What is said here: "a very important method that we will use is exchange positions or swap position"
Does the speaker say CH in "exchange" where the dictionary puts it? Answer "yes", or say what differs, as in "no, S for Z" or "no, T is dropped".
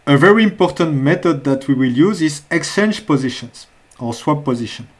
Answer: no, CH is dropped